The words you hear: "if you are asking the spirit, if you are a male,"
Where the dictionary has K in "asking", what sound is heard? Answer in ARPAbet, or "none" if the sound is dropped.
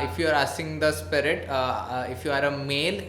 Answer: none